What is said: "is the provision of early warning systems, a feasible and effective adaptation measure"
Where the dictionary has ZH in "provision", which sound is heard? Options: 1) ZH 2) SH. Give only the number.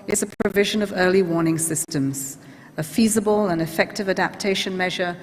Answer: 1